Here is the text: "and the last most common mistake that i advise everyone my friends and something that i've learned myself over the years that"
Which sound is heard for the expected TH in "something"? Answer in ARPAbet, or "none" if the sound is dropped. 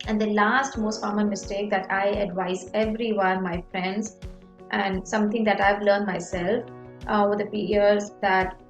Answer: T